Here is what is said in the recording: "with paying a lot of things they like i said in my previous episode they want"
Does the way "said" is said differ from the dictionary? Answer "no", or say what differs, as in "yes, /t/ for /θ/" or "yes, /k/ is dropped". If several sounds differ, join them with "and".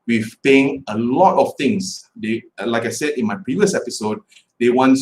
no